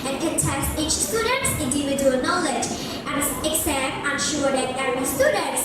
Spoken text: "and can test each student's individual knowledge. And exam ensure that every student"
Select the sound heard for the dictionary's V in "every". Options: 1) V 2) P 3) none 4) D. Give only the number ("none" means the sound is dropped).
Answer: 3